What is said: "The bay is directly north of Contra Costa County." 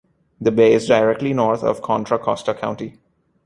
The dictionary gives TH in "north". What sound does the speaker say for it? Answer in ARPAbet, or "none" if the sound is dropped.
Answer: T